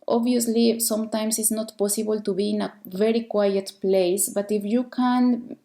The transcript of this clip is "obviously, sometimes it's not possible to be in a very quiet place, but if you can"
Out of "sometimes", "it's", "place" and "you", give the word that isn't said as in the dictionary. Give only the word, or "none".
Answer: sometimes